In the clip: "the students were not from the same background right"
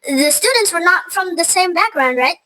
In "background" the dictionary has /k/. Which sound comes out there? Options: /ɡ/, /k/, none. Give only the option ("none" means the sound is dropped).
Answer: /k/